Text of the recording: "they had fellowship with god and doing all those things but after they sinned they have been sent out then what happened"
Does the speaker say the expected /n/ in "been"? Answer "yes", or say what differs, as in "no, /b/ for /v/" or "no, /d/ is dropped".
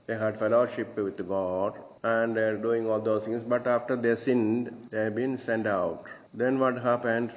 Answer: yes